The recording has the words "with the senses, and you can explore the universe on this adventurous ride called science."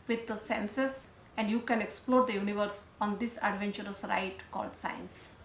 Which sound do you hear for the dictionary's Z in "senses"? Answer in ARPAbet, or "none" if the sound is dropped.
S